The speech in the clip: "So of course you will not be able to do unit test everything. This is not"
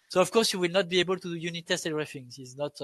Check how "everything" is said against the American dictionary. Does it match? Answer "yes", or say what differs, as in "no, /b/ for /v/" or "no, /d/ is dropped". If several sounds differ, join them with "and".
no, /f/ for /θ/